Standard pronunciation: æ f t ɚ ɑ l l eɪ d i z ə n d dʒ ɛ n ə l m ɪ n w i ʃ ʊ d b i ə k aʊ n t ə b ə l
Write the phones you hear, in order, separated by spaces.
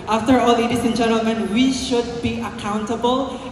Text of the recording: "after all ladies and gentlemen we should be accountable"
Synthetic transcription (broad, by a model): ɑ f t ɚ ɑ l l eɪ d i s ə n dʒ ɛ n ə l m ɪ n w i ʃ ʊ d b i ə k aʊ n t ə b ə l